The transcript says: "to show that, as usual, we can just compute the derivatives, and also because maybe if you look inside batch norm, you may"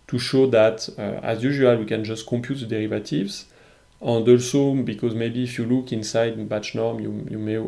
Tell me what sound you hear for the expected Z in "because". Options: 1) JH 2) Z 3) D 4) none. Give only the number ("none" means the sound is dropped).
2